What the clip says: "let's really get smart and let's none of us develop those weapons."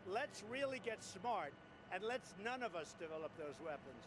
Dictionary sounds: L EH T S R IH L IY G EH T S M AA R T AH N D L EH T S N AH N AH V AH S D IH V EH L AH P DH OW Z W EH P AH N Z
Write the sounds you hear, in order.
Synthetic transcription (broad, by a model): L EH T S R IH L IY G EH T S M AA R T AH N L EH T S N AH N AH V AH S D IH V EH L AH P DH OW Z W EH P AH N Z